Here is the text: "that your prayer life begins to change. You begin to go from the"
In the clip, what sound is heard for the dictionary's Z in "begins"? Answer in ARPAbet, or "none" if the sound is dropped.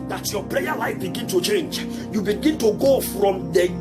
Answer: none